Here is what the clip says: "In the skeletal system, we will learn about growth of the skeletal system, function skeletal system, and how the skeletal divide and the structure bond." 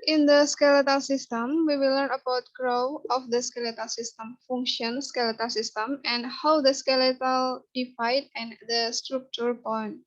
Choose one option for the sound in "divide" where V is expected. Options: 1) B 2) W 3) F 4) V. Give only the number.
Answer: 3